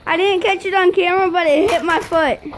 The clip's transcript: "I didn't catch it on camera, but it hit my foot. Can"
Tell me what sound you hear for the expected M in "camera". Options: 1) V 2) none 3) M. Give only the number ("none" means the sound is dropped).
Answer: 2